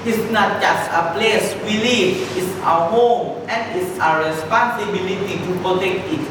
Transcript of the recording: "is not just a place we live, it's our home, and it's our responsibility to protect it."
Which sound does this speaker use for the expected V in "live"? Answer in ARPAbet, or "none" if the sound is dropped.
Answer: F